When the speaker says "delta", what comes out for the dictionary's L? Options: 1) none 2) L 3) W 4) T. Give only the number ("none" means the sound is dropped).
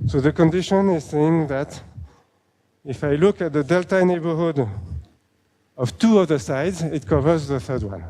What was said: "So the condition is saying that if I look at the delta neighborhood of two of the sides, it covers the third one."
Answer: 2